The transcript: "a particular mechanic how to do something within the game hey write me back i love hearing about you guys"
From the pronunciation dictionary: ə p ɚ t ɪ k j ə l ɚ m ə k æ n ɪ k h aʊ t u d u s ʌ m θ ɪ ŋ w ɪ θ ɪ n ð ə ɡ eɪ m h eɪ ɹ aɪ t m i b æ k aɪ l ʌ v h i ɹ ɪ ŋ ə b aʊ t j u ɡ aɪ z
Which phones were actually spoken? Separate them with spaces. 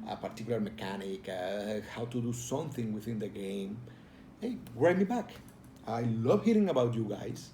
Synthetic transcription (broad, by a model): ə p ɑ t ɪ k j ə l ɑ m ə k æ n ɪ k h aʊ t u d u s ʌ m θ ɪ ŋ w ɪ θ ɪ n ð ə ɡ eɪ m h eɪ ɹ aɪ m i b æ k aɪ l ʌ v h i ɹ ɪ ŋ ə b aʊ t j u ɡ aɪ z